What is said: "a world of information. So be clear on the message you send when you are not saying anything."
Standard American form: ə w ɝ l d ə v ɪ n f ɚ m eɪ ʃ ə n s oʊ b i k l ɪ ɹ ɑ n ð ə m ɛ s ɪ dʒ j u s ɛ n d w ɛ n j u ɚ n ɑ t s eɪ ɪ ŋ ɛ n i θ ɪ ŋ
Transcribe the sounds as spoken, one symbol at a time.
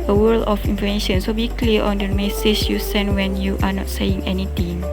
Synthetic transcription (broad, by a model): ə w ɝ l ə f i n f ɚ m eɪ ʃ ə n s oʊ b i k l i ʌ ɑ n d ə m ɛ s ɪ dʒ j u s ɛ n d w ɛ n j u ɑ n ɑ t s eɪ ɪ ŋ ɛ n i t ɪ ŋ